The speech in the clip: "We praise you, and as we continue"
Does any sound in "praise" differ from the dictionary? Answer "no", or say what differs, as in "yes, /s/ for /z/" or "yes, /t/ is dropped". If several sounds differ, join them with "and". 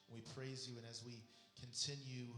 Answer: no